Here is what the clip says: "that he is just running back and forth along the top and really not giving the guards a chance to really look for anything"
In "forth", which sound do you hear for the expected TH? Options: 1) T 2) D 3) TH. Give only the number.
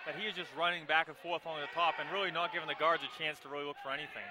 3